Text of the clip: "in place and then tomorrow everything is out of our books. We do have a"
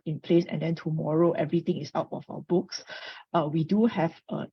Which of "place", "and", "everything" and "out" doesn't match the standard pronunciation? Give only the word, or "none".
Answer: everything